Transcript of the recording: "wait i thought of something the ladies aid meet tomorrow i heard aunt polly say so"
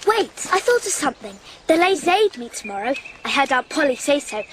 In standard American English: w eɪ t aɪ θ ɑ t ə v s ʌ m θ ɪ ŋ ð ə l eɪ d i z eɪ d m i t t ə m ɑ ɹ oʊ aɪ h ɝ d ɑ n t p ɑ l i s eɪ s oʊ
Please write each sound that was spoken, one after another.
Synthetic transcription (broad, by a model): w eɪ t aɪ θ ɑ t ə v s ʌ m θ ɪ ŋ ð ə l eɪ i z eɪ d m i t t ə m ɑ ɹ oʊ aɪ h ɝ d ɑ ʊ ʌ p ɑ l i s eɪ s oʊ